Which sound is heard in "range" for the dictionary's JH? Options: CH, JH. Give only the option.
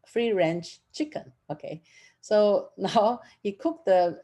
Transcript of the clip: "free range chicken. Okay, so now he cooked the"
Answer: CH